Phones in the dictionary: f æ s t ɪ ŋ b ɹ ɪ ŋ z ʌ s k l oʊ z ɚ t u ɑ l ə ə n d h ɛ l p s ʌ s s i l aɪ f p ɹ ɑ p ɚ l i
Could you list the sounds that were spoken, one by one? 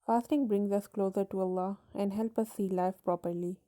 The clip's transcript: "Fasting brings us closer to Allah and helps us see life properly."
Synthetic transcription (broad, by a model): f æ s t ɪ ŋ b ɹ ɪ ŋ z ʌ s k l oʊ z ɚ t u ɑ l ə ə n d h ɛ l p ʌ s s i l aɪ f p ɹ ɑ p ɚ l i